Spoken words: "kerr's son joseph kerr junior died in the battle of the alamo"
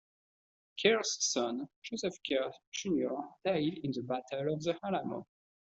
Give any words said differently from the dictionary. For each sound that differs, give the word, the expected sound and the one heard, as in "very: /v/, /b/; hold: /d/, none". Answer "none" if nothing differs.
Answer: junior: /dʒ/, /ʒ/